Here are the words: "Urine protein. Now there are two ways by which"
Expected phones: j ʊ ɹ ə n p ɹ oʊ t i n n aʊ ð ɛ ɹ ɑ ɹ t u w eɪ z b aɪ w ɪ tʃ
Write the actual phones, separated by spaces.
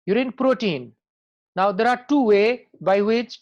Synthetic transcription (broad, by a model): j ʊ ɹ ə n p ɹ oʊ t i n n aʊ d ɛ ɹ ɑ ɹ t u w eɪ b aɪ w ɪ tʃ